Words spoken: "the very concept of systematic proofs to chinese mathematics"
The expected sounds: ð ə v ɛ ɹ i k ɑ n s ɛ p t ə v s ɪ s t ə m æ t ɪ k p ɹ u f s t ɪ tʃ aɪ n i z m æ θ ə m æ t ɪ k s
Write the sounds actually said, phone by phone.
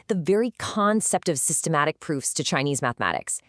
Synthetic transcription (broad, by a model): ð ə v ɛ ɹ i k ɑ n s ɛ p t ə v s ɪ s t ə m æ t ɪ k p ɹ u f s t ɪ tʃ aɪ n i z m æ θ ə m æ t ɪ k s